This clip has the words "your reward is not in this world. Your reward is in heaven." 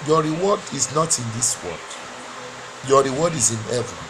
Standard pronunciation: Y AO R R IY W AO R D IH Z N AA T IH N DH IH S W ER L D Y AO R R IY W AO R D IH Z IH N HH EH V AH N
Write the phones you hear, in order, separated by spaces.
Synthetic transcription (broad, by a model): Y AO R R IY W AO D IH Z N AA T IH N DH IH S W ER D Y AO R R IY W AO D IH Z IH N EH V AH